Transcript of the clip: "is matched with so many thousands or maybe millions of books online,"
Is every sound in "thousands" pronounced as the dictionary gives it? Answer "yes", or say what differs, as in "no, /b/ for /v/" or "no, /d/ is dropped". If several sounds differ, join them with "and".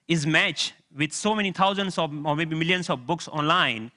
no, /t/ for /θ/